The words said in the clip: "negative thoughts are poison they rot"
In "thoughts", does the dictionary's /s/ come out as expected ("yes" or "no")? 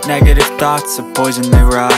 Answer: yes